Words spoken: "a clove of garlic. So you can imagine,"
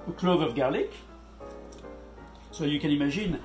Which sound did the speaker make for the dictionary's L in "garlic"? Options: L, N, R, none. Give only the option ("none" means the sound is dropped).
L